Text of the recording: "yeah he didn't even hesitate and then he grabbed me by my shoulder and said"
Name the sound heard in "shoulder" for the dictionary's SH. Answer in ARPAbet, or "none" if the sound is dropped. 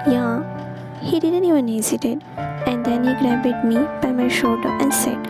SH